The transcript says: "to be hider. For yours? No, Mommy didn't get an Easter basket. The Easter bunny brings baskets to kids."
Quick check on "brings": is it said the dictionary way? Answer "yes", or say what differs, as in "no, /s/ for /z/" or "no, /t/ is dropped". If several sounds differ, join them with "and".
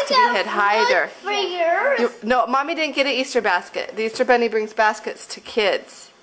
yes